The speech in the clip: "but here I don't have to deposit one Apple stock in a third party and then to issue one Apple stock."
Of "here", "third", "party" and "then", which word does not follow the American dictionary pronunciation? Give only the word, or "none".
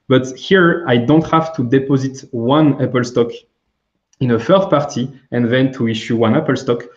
third